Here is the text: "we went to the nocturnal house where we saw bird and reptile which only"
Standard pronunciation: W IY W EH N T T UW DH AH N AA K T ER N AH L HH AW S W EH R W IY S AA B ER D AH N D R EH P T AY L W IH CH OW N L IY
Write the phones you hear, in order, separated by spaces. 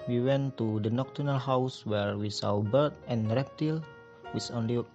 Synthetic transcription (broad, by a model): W IY W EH N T T UW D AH N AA K T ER N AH L HH AW S W EH R W IY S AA B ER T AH N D R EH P T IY L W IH S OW N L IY